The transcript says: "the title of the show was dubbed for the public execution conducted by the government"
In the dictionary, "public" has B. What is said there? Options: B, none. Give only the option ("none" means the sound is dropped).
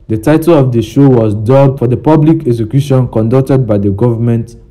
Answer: B